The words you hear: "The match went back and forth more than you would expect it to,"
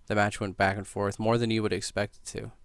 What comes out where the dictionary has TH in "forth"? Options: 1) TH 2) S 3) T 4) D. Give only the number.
1